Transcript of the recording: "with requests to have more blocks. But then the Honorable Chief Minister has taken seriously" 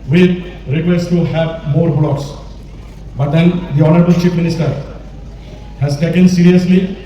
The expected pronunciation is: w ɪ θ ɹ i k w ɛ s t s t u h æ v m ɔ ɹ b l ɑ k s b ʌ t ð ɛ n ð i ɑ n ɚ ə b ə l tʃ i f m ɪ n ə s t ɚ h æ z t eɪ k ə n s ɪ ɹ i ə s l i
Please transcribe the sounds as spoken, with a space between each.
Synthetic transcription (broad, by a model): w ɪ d ɹ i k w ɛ s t t u h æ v m ɔ ɹ b l ɑ k s b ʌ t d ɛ n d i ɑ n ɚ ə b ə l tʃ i p m ɪ n ə s t ɚ h æ z t eɪ k ə n s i ɹ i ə s l i